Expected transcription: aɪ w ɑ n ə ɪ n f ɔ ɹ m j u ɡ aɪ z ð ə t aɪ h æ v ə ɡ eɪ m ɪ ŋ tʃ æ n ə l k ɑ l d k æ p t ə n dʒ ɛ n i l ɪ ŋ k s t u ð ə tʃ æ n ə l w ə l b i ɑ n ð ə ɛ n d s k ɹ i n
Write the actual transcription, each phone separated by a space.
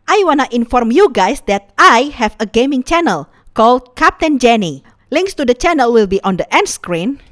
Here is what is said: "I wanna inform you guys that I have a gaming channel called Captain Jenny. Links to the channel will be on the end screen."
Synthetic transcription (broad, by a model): aɪ w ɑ n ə ɪ n f ɔ ɹ m j u ɡ aɪ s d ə t aɪ h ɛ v ə ɡ eɪ m ɪ ŋ tʃ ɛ n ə l k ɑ l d k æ p t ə n dʒ ɛ n i l ɪ ŋ k s t u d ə tʃ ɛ n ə l w ə l b i ɑ n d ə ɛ n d s k ɹ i n